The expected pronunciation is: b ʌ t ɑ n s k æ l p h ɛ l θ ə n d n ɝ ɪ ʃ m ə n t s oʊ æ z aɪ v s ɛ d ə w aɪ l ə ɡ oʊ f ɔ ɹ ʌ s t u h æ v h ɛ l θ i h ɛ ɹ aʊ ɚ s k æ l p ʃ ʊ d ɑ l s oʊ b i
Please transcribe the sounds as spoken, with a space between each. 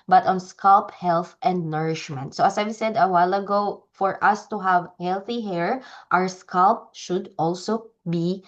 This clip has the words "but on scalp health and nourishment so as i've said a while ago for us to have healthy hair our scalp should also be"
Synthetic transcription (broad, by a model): b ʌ t ɑ n s k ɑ l p h ɛ l θ ə n d n ɝ ɪ ʃ m ə n t s oʊ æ s aɪ v s ɛ d ə w aɪ l ə ɡ oʊ f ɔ ɹ ʌ s t u h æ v h ɛ l θ i h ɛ ɹ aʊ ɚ s k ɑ l p ʃ ʊ d ɑ l s oʊ b i